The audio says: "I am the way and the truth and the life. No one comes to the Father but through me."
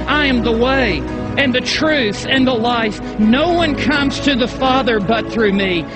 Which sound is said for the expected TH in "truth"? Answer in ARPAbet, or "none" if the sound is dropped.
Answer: TH